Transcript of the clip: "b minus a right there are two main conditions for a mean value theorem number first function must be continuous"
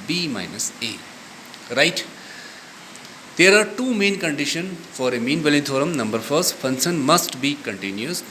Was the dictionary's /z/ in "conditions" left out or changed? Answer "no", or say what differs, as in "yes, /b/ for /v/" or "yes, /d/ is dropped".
yes, /z/ is dropped